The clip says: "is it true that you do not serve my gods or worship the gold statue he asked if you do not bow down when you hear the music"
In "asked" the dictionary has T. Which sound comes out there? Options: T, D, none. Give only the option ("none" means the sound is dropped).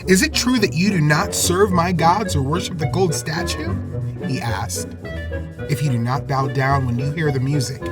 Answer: T